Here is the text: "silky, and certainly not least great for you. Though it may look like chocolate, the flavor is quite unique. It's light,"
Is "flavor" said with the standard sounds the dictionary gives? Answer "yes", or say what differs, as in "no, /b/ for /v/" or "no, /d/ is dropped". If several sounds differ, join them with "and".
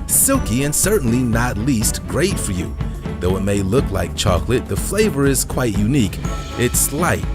yes